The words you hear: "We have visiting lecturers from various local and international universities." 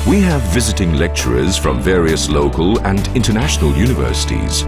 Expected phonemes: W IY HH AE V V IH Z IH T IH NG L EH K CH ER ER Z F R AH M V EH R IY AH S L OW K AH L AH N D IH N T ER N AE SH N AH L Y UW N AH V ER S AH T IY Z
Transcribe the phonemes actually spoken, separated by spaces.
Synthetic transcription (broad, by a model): W IY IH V V IH Z IH T IH NG L EH K CH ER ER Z F R AH M V EH R IY AH S L OW K AH L AH N D IH N T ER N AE SH N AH L Y UW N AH V ER S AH T IY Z